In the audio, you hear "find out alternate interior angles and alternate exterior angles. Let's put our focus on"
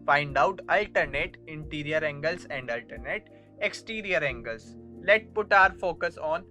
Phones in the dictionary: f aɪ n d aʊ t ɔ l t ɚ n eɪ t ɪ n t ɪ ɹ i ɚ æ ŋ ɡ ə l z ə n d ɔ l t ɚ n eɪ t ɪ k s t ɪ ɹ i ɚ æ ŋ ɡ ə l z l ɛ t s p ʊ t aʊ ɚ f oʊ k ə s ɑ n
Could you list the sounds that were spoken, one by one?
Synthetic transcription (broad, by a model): f aɪ n d aʊ t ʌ l t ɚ n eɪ t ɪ n t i ɹ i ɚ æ ŋ ɡ ə l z ə n d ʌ l t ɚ n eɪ t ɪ k s t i ɹ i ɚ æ ŋ ɡ ə l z l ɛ t p ʊ t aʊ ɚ f oʊ k ə s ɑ n